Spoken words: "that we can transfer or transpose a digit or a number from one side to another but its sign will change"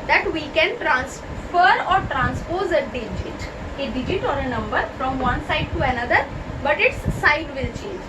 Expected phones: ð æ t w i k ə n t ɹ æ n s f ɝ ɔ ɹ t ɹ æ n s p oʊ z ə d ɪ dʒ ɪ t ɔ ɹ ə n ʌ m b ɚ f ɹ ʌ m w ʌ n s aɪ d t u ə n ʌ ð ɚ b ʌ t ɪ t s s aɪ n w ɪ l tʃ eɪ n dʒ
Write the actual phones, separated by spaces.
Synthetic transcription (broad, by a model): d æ t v i k ə n t ɹ æ n s f ɝ ɔ ɹ t ɹ æ n s p oʊ z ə d ɪ dʒ ɪ t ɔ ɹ ə n ʌ m b ɚ f ɹ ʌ m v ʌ n s aɪ d t u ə n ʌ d ɚ b ʌ t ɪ t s s aɪ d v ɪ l tʃ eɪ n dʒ